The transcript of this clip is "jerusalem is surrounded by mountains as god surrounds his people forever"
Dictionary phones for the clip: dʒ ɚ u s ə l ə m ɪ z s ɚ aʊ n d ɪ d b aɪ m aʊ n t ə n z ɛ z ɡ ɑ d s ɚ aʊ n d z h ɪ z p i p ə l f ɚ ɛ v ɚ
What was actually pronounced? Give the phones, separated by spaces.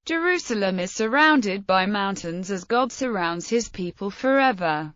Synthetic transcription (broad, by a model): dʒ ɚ u s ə l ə m ɪ z s ɚ aʊ n d ɪ d b aɪ m aʊ n t ə n z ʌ z ɡ ɑ d s ɚ aʊ n d z h ɪ z p i p ə l f ɚ ɛ v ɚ